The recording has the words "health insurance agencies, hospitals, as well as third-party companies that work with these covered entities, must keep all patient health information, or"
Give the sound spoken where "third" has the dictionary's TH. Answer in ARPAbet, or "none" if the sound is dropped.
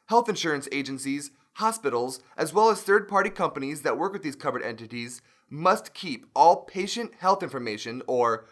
TH